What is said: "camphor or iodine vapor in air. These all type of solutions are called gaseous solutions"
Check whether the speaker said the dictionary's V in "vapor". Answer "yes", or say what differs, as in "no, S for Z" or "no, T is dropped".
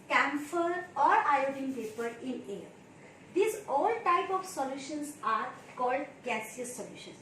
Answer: no, P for V